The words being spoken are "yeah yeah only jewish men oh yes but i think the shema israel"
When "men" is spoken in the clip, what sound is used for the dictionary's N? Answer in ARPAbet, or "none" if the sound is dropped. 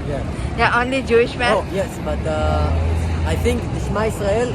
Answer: none